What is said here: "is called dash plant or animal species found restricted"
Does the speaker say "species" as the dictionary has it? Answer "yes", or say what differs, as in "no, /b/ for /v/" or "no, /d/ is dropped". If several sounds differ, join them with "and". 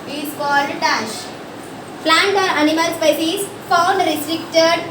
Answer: no, /s/ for /ʃ/